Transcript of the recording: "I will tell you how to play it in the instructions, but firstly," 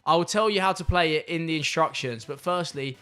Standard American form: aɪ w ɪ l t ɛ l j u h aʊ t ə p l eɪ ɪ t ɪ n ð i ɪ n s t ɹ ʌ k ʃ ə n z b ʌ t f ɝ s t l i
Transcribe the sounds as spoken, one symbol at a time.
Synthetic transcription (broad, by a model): aɪ w ɪ l t ɛ l j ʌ h aʊ t ə p l eɪ ɪ t ɪ n ð i ɪ n s t ɹ ʌ k ʃ ə n z b ʌ t f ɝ s t l i